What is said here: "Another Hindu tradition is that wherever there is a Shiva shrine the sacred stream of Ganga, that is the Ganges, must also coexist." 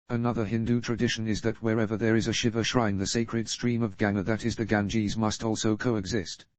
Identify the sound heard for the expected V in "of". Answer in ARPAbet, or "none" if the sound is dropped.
V